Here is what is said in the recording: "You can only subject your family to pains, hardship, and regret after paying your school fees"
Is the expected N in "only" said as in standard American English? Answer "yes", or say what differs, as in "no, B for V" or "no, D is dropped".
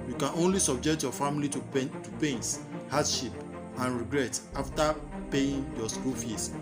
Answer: yes